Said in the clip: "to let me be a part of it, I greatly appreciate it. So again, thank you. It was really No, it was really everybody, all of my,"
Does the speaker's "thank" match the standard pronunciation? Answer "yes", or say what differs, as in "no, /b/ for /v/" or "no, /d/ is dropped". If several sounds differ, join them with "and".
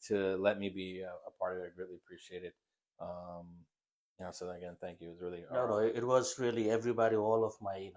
yes